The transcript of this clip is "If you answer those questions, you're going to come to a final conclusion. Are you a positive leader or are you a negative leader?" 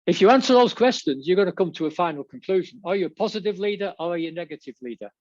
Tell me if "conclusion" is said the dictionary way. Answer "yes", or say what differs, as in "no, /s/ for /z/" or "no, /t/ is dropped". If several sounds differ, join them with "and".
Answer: yes